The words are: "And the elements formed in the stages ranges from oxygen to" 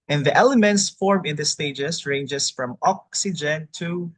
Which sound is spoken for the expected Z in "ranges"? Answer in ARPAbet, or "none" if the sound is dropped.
S